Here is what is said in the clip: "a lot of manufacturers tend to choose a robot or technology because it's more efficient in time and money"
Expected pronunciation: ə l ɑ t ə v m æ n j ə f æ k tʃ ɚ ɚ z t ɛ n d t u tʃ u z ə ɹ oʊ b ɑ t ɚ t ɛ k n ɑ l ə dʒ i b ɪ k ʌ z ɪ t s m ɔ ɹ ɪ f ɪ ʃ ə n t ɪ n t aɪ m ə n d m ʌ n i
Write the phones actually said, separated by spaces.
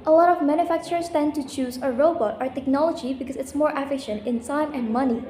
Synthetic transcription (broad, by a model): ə l ɑ t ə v m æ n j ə f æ k tʃ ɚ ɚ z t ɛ n t u tʃ u z ə ɹ oʊ b ɑ t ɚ t ɛ k n ɑ l ə dʒ i b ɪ k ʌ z ɪ t s m ɔ ɹ ɪ f ɪ ʃ ə n t ɪ n s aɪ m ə n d m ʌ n i